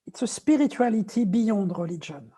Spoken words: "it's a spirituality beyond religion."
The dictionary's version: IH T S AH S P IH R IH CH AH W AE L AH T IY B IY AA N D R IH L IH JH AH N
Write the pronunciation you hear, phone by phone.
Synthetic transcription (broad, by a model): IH T S AH S P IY R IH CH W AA L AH T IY B IY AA D R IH L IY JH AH N